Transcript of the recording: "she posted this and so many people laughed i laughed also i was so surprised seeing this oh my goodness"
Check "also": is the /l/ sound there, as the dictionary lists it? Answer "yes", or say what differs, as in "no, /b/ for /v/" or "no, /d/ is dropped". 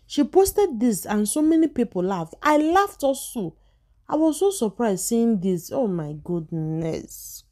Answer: no, /l/ is dropped